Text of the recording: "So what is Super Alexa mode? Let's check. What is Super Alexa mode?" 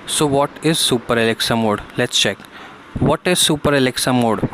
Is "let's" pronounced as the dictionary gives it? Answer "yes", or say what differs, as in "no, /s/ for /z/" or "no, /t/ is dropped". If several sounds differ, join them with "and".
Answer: yes